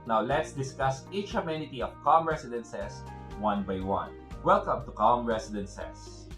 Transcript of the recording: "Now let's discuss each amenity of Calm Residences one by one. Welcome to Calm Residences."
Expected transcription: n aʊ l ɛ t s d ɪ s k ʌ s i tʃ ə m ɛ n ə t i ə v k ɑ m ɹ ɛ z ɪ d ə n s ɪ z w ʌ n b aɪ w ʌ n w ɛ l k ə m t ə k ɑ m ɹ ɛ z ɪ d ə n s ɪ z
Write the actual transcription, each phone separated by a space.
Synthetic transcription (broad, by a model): n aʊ l ɛ t s d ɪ s k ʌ s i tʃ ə m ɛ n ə t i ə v k ɑ m ɹ ɛ s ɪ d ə n s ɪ s w ʌ n b aɪ w ʌ n w ɛ l k ə m t ə k ɑ m ɹ ɛ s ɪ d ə n s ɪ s